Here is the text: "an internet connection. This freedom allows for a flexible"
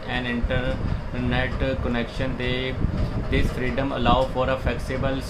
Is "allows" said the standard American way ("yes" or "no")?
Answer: no